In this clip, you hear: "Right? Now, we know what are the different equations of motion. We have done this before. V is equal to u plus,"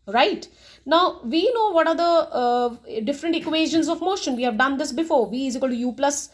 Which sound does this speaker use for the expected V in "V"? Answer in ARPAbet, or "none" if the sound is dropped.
V